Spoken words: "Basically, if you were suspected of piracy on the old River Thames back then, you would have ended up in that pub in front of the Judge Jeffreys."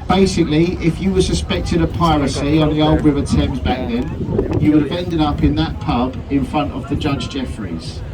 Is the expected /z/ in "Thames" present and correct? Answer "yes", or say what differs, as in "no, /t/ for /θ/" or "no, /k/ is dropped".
yes